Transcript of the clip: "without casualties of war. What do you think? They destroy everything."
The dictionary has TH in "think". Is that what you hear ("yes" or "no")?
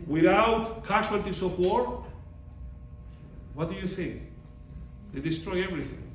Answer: yes